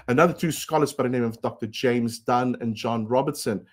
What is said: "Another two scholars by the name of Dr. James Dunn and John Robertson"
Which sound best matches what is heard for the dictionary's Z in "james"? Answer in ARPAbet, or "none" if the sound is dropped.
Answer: Z